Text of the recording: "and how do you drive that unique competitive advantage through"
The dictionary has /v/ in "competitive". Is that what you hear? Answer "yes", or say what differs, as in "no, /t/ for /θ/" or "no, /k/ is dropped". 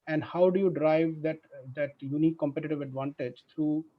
yes